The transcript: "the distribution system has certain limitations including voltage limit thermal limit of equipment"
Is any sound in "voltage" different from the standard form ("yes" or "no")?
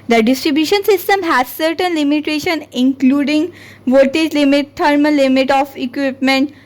yes